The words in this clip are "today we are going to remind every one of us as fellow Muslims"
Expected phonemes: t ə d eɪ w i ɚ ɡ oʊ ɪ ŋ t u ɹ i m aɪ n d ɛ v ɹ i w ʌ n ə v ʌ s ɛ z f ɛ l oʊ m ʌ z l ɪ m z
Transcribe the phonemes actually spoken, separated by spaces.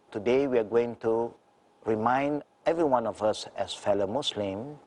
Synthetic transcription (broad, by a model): t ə d eɪ w i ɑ ɡ oʊ ɪ ŋ t u ɹ i m aɪ n d ɛ v ɹ i w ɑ n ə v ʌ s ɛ s f ɛ l oʊ m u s l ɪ m